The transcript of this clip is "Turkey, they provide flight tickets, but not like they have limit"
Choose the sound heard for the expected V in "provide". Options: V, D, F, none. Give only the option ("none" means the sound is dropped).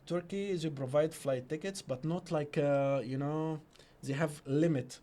V